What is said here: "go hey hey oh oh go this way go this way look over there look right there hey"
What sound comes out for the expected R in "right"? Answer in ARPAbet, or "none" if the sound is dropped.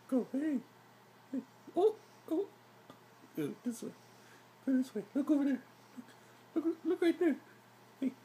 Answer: L